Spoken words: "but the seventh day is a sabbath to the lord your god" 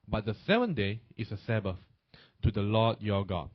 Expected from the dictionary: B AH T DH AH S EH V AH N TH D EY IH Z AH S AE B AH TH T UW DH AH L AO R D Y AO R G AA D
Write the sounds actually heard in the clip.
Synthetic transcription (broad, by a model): B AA T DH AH S EH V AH N D EY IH S AH S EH B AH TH T UW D AH L AO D Y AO G AA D